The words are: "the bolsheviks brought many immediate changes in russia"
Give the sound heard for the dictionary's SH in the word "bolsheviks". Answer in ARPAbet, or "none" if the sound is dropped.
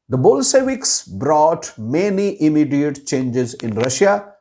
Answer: S